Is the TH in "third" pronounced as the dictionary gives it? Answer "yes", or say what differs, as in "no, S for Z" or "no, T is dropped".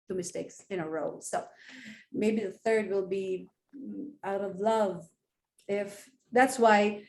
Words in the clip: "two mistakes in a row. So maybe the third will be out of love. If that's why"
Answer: yes